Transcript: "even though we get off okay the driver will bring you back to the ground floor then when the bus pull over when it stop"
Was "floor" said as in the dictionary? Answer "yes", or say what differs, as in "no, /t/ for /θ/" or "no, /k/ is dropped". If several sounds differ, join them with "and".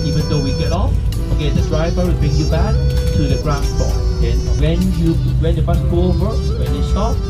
no, /l/ is dropped